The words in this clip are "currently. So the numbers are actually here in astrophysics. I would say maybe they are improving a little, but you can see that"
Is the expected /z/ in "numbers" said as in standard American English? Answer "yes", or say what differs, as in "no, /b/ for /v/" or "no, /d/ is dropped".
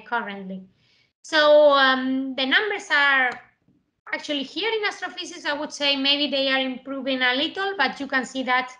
no, /s/ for /z/